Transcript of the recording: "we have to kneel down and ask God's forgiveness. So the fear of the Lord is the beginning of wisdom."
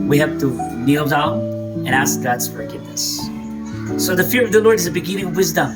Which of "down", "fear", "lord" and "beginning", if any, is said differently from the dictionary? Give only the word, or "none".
down